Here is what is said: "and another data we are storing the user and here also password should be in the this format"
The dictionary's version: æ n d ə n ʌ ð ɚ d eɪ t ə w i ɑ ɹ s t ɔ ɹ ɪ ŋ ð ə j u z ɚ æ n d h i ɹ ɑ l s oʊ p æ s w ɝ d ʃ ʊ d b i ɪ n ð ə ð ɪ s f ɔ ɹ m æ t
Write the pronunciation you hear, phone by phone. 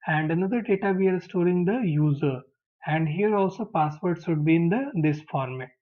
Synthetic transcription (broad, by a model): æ n d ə n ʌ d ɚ d eɪ t ə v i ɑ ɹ s t ɔ ɹ ɪ ŋ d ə j u z ɚ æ n d h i ɹ ɑ l s oʊ p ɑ s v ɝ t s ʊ d b i ɪ n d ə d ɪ s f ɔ ɹ m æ t